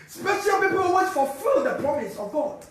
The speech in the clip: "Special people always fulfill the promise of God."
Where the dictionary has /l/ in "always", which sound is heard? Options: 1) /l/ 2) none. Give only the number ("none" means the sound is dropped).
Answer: 2